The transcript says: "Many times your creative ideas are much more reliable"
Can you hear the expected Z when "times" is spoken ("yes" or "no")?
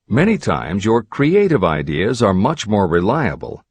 yes